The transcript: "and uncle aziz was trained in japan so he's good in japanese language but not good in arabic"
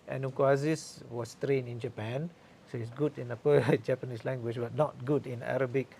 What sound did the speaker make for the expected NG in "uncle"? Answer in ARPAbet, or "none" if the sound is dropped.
none